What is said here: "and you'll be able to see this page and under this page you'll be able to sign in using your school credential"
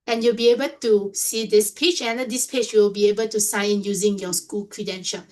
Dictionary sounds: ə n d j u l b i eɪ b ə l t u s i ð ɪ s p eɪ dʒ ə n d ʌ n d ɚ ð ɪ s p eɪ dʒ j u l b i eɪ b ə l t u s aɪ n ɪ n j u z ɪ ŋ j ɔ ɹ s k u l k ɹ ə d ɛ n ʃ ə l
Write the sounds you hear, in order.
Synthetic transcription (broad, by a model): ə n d j u l b i eɪ b ə l t u s i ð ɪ s p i tʃ ə n d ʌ d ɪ s p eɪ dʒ j u l b i eɪ b ə l t u s aɪ ɪ n j u z ɪ ŋ j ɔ s k u l k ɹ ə d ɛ n ʃ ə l